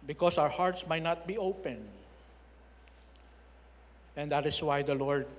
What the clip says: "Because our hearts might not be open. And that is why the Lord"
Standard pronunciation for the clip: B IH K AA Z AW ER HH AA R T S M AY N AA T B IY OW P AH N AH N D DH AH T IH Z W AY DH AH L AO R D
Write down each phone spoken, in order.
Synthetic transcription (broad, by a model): B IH K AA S AW ER HH AA R T S M AY N AA T B IY OW P AH N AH N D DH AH T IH S W AY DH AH L AO R D